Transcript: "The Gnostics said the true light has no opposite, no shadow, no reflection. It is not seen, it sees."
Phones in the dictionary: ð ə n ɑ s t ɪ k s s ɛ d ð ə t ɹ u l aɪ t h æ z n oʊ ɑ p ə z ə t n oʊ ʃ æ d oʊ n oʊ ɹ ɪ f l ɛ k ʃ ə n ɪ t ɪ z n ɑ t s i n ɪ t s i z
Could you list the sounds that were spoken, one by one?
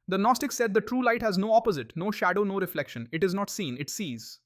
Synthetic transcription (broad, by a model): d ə n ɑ s t ɪ k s s ɛ d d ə t ɹ u l aɪ t h æ z n oʊ ɑ p ə z ə t n oʊ ʃ æ d oʊ n oʊ ɹ ɪ f l ɛ k ʃ ə n ɪ t ɪ z n ɑ t s i n ɪ t s i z